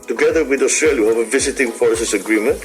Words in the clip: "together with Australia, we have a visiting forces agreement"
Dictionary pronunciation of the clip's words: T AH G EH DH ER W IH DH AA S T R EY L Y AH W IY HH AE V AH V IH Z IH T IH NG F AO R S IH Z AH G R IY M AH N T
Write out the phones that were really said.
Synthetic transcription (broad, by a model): T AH G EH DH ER W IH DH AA S T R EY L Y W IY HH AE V AH V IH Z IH T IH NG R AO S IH S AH G R IY M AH N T